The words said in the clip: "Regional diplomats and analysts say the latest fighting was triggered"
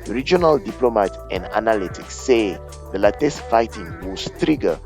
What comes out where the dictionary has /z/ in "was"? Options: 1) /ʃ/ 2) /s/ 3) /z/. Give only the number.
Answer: 2